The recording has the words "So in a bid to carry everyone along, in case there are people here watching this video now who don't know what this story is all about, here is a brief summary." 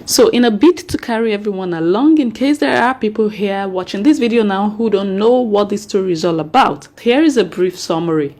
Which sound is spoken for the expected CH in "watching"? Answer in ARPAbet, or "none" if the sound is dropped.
CH